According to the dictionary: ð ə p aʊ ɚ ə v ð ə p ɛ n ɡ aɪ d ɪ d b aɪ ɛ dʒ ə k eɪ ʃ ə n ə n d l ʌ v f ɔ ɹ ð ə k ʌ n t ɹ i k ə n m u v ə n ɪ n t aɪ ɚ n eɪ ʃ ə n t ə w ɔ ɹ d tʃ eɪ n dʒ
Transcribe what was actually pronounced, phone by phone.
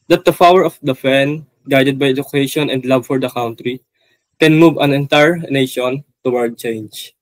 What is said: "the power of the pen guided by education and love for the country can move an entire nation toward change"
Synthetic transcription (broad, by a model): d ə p aʊ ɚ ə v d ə f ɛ n ɡ aɪ d ɪ d b aɪ ɛ dʒ ə k eɪ ʃ ə n ə n d l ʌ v f ɔ ɹ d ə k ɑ n t ɹ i k ə n m u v ə n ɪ n t aɪ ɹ n eɪ ʃ ə n t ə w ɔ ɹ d tʃ eɪ n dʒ